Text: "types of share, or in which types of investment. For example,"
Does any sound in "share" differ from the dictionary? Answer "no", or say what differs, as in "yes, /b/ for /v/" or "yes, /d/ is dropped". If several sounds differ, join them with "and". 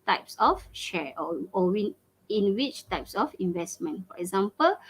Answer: yes, /w/ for /ɹ/